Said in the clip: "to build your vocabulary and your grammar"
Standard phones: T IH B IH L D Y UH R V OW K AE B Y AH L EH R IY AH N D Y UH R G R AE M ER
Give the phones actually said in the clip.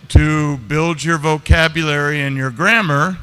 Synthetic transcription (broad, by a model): T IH B IH L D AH R V OW K AE B Y AH L EH R IY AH N Y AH R G R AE M ER